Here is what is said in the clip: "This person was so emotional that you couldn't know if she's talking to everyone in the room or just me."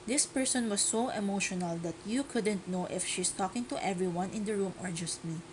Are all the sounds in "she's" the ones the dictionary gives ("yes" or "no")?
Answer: no